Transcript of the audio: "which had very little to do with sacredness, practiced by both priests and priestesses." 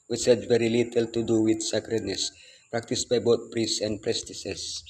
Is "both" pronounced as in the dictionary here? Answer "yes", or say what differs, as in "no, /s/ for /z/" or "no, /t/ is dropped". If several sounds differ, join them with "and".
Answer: no, /t/ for /θ/